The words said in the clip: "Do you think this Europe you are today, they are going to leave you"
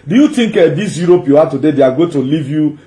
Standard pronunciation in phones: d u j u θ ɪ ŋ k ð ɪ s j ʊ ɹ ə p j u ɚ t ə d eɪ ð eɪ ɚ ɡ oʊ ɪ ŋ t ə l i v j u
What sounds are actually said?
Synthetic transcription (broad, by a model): d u j u t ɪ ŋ k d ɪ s j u ɹ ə p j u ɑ t ə d eɪ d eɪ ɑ ɡ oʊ t ə l i v j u